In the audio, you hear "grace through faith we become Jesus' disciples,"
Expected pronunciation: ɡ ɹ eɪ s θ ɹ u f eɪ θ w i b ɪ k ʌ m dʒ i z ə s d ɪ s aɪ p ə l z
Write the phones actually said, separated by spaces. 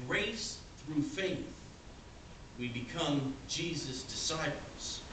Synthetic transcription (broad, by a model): ɹ eɪ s θ ɹ u f eɪ θ w i b ɪ k ʌ m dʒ i z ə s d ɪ s aɪ p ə l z